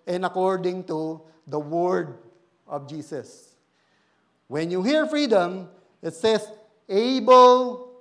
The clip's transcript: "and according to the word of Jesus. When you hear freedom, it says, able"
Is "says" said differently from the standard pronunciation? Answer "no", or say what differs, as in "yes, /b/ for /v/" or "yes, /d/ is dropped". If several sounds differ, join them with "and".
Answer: yes, /s/ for /z/